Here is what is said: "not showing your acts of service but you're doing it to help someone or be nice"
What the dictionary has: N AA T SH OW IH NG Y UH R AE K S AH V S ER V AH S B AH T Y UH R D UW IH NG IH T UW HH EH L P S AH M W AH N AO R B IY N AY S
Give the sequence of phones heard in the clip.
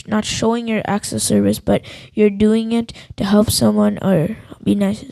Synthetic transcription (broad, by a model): N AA T SH OW IH NG Y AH R AE K S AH S ER V AH S B AH T Y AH R D UW IH NG IH T UW HH EH L P S AH M W AH N AO R B IY N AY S